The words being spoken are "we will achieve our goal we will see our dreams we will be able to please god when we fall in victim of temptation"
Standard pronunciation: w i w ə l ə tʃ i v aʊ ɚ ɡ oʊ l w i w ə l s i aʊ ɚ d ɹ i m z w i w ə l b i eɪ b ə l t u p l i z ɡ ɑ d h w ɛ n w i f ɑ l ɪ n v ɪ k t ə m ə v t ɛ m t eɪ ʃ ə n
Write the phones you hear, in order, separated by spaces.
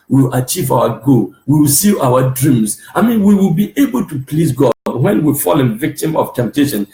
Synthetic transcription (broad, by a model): w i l ə tʃ i v aʊ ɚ ɡ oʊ w i w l s i aʊ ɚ d ɹ i m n w i w ə l b i eɪ b ə l t u p l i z ɡ ɑ d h w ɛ n w i f ɑ l ɪ n v ɪ k t ə m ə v t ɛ m t eɪ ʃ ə n